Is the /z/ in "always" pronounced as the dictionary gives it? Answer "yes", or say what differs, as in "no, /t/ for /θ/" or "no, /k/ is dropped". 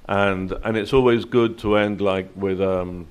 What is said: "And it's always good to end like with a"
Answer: yes